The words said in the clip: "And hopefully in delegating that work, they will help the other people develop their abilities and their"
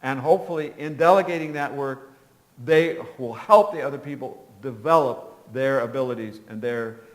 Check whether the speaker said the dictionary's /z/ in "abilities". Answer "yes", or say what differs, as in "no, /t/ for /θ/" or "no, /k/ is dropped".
yes